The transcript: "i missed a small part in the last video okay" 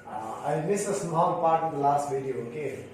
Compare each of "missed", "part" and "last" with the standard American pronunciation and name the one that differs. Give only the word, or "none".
missed